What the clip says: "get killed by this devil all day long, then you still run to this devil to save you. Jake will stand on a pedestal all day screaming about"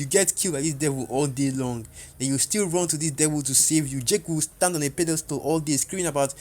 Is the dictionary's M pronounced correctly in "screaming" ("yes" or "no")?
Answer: no